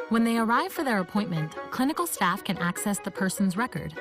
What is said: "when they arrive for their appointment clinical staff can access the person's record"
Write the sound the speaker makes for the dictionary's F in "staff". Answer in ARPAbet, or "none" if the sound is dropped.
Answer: F